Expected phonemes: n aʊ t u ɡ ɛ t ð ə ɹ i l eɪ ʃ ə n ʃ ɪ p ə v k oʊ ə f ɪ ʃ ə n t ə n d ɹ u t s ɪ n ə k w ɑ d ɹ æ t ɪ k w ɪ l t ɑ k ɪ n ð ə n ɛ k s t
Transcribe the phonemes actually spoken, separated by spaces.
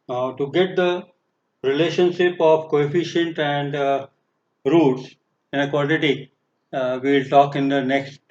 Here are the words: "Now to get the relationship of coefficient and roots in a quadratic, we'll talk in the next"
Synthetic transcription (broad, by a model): t u ɡ ɛ t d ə ɹ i l eɪ ʃ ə n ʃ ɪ p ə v k oʊ ə f ɪ ʃ ə n t ə n d ɹ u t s ɪ n ə k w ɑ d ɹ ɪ t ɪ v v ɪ l t ɑ k ɪ n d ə n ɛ k s t